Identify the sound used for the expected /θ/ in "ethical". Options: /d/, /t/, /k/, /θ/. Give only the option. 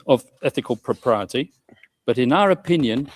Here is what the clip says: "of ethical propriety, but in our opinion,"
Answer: /θ/